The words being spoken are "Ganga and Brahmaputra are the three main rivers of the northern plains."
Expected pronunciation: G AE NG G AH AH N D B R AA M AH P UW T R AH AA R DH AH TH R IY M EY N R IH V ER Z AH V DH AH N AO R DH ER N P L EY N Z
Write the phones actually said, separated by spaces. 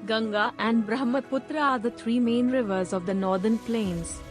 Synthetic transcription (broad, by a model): G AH NG G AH AH N D B R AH M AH P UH T R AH AA R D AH T R IY M EY N R IH V ER Z AH V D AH N AO R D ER N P L EY N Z